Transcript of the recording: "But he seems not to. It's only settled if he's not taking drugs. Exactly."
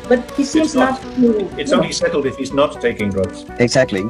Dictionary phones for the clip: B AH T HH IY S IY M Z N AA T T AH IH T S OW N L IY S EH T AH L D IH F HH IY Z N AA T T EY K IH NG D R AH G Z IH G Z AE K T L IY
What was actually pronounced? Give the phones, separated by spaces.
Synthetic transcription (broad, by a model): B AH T HH IY S IY M Z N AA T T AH IH T S OW N L IY S EH T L D IH F HH IY Z N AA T T EY K IH NG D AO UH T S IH G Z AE K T L IY